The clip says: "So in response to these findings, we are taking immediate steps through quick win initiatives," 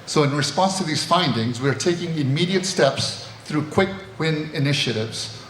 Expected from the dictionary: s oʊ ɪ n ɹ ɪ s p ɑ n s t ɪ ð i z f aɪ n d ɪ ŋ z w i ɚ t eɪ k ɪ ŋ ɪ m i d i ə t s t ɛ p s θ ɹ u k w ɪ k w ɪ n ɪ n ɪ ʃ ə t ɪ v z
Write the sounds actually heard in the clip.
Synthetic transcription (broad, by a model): s oʊ ɪ n ɹ ɪ s p ɑ n s t ɪ ð i z f aɪ n d ɪ ŋ z w i ɚ t eɪ k ɪ ŋ ɪ m i d i ə t s t ɛ p s θ ɹ u k w ɪ k w ɪ n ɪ n ɪ ʃ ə t ɪ v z